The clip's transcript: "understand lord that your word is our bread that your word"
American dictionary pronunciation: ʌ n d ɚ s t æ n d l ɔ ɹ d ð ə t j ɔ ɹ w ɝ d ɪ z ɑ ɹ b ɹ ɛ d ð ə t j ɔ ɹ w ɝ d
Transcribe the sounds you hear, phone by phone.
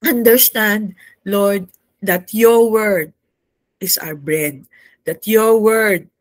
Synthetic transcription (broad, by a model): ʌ n d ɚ s t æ n d l ɔ ɹ d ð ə t j ɔ ɹ w ɝ d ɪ s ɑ w b ɹ ɛ d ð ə t j ɔ ɹ w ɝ d